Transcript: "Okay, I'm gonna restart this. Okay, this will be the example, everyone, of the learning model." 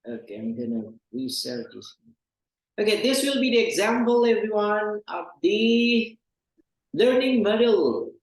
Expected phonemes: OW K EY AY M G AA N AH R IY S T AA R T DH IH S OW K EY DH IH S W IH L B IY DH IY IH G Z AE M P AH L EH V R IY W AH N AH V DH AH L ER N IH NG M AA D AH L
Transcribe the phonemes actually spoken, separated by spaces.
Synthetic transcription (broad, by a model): OW K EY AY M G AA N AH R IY S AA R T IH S OW K EY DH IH S W IH L B IY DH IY IH G Z AE M P AH L EH V R IY W AH N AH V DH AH L ER N IH NG M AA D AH L